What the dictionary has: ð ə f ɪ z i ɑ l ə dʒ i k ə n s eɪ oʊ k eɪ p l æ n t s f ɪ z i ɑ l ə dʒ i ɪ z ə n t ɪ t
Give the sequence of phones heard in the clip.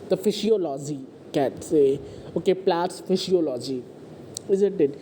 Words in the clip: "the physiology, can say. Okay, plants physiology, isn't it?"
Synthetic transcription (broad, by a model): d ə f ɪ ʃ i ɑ l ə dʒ i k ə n s eɪ oʊ k eɪ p l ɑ t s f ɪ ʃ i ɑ l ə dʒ i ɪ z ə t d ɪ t